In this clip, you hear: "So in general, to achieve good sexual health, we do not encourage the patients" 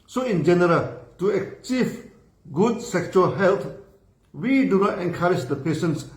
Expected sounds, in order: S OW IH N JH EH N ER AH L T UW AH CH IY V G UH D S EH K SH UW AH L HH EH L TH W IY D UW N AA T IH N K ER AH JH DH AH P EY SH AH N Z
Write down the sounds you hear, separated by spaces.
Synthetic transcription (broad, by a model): S OW IH N JH EH N ER AH L T UW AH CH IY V G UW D S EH K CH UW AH L HH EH L T W IY D UW N AA T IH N K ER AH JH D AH P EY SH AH N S